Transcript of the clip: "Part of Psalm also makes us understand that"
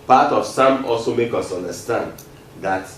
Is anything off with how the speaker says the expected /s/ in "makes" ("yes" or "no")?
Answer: yes